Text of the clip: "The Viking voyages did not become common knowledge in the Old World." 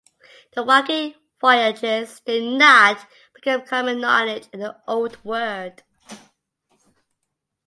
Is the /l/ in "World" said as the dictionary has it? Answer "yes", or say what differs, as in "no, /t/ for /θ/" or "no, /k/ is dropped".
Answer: no, /l/ is dropped